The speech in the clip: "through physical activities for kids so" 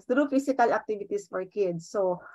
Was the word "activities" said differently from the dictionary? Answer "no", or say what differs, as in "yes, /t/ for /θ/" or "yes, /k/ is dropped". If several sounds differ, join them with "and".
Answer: yes, /s/ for /z/